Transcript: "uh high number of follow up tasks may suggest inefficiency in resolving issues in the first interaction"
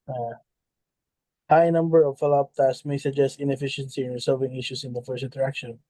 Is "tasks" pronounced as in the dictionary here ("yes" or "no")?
no